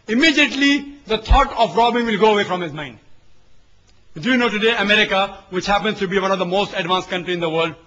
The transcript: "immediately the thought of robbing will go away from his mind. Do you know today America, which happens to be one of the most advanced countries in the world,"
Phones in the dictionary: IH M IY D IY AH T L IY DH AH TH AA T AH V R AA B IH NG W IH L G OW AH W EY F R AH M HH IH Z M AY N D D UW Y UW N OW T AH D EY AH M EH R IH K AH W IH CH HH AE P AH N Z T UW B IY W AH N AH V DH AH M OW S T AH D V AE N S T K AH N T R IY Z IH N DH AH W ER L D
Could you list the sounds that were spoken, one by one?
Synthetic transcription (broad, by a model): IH M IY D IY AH T L IY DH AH T AA T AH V R AA B IH NG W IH L G OW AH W EY F R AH M HH IH Z M AY N D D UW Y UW N OW T AH D EY AH M EH R IH K AH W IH CH HH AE P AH N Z T UW B IY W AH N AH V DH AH M OW S T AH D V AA N S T K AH N T R IY IH N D AH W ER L D